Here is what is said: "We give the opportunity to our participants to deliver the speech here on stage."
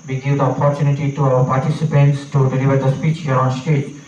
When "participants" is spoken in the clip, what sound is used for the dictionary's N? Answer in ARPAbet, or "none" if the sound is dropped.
N